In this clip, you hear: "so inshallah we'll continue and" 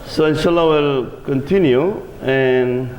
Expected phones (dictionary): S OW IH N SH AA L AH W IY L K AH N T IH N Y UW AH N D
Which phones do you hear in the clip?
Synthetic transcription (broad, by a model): S OW IH N SH AA L AH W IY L K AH N T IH N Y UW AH N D